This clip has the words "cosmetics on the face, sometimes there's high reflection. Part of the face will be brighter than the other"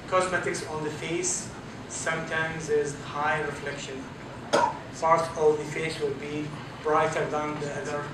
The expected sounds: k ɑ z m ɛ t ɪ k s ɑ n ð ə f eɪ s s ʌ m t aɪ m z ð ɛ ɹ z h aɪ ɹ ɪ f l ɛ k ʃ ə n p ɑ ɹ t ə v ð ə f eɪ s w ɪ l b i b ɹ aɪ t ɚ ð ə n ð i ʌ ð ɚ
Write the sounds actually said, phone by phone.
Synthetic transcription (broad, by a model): k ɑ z m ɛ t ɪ k s ɑ n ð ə f eɪ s s ʌ m t aɪ m z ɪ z h aɪ ɹ ɪ f l ɛ k ʃ ə n p ɑ ɹ t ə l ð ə f eɪ s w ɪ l b i b ɹ aɪ t ɚ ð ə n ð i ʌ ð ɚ